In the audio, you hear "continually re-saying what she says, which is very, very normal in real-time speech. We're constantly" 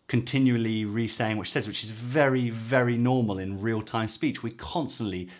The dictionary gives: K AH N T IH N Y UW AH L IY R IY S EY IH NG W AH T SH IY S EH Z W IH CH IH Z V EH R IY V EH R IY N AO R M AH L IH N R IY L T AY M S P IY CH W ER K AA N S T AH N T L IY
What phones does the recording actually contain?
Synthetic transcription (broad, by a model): K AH N T IH N Y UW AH L IY R IY S EY IH NG W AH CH S EH Z W IH CH IH Z V EH R IY V EH R IY N AO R M AH L IH N R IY L T AY M S P IY CH W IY K AA N S T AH N T L IY